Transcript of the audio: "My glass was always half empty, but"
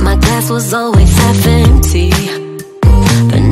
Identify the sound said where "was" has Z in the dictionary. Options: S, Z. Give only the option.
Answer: Z